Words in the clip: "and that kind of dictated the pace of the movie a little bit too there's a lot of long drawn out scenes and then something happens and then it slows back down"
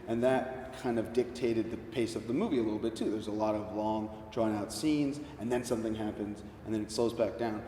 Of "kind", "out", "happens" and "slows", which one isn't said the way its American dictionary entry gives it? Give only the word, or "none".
none